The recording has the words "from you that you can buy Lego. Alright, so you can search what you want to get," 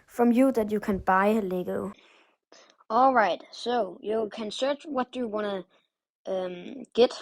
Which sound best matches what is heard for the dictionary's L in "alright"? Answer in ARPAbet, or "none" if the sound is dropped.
L